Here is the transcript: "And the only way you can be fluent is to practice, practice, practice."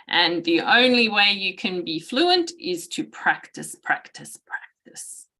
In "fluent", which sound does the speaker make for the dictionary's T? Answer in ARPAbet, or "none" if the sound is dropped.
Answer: T